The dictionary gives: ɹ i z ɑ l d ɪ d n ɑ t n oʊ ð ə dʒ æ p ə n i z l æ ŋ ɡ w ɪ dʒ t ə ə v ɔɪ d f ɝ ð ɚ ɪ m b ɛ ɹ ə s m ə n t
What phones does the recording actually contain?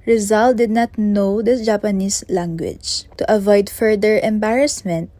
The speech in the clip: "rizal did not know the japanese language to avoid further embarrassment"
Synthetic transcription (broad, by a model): ɹ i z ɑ l d ɪ d n ɑ t n oʊ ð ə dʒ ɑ p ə n i s l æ ŋ ɡ w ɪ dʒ t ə ə v ɔɪ d f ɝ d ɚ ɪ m b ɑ ɹ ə s m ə n t